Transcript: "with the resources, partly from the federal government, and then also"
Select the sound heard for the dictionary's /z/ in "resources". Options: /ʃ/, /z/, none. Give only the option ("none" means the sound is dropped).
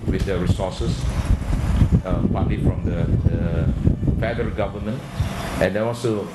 none